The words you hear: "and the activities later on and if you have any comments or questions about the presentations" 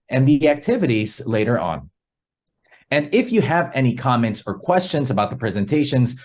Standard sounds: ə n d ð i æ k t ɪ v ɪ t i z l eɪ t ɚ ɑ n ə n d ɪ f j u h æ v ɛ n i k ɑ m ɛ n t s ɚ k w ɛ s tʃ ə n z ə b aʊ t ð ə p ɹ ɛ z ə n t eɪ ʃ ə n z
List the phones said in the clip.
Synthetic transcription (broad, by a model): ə n ð i æ k t ɪ v ɪ t i z l eɪ t ɚ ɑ n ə n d ɪ f j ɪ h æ v ɛ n i k ɑ m ɛ n t s ɚ k w ɛ s tʃ ə n z ə b aʊ t ð ə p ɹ ɛ z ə n t eɪ ʃ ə n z